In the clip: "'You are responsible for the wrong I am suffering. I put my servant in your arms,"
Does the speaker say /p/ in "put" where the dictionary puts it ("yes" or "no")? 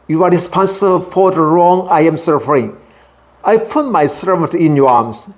yes